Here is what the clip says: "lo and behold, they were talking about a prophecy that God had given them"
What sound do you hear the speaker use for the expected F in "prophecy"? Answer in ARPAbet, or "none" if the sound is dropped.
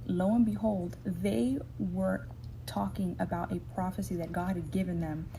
F